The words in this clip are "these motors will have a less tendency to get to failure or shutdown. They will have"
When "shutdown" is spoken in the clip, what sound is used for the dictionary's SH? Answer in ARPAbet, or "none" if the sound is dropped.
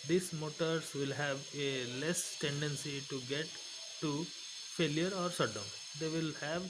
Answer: S